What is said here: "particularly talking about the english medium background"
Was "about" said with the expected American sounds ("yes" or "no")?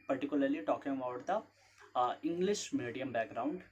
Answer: no